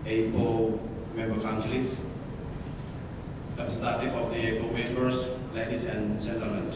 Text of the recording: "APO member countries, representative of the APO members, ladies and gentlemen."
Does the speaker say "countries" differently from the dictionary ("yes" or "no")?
yes